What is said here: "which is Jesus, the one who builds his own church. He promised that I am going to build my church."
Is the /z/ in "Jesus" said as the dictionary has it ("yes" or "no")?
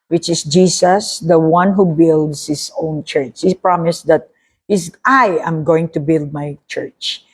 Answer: no